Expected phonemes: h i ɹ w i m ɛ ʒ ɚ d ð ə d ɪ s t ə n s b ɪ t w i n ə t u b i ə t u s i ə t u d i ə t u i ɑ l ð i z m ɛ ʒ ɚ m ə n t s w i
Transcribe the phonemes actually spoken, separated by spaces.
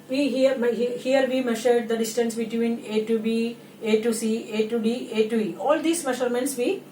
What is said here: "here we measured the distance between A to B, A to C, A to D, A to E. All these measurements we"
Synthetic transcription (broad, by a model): h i ɹ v i m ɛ ʃ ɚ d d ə d ɪ s t ə n s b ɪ t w i n ə t u b i ə t u s i ə t u d i ə t u i ɑ l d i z m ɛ ʃ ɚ m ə n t s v i